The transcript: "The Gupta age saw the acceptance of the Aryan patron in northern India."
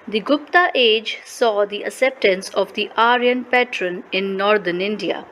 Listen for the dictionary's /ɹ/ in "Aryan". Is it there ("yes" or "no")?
yes